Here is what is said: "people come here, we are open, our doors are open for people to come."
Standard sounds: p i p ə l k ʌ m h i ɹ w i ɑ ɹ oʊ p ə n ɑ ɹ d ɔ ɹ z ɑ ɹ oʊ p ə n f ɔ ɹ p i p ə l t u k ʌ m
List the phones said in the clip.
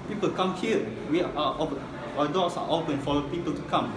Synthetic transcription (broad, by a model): p i p ə l k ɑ m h i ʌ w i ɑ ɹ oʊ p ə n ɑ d ɔ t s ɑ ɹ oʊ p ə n f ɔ l p i p ə l t u k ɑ m